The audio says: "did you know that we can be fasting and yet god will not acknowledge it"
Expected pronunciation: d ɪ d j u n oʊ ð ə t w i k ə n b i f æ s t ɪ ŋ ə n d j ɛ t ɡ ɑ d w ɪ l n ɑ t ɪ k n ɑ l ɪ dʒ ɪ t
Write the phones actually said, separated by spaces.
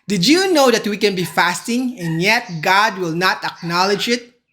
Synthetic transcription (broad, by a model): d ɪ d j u n oʊ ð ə t w i k ə n b i f æ s t ɪ ŋ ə n j ɛ t ɡ ɑ d w ɪ l n ɑ t ɪ k n ɑ l ɪ dʒ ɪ t